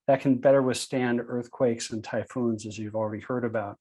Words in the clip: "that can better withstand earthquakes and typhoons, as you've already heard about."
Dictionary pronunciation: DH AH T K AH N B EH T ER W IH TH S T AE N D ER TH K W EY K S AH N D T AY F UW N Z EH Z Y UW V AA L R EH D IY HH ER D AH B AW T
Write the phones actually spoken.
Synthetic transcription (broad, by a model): DH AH T K N B EH T ER W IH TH S T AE N D ER TH K W EY K S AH N T AY F UW N Z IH Z Y UW V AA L R EH D IY HH ER D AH B AW T